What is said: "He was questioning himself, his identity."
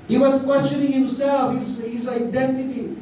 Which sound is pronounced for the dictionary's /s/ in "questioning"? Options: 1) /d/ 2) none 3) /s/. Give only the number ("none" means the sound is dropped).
2